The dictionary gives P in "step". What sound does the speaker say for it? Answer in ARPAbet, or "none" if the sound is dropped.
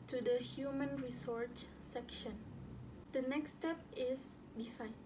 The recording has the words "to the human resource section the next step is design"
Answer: P